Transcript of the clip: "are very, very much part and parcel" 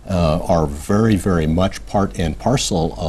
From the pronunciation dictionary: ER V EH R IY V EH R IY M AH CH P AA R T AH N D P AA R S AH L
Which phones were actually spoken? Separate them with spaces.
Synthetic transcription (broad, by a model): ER V EH R IY V EH R IY M AH CH P AA R T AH N P AA R S L